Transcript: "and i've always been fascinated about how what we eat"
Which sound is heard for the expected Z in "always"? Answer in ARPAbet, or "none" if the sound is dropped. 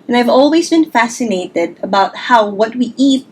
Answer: Z